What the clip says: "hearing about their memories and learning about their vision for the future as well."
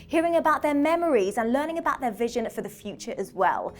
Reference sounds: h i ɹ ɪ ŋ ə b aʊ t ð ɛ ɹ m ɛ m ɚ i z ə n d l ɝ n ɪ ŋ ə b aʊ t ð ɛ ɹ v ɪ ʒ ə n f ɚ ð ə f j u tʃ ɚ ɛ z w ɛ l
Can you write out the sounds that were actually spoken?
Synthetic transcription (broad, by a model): h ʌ ɹ ɪ ŋ ə b aʊ t ð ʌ m ɛ m ɚ i z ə n l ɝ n ɪ ŋ ə b aʊ t ð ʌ v ɪ ʒ ə n f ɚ ð ə f j u tʃ ɚ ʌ z w ɛ l